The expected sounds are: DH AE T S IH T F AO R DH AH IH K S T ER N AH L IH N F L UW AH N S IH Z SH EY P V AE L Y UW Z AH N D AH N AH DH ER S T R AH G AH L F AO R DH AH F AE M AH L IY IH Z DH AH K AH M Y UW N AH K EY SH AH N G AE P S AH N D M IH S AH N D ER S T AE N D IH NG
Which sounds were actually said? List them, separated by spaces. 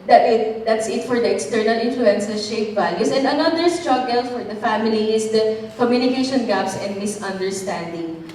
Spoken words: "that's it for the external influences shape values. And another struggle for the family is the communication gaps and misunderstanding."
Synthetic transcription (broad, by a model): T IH T S IH T F AO R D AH IH K S T ER N AH L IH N F L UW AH N S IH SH EY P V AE L Y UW S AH N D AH N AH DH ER S T R AH G AH L F AO R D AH F AE M AH L IY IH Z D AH K AH M Y UW N AH K EY SH AH N G AE P S AH N D M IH S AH N D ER S T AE N D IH NG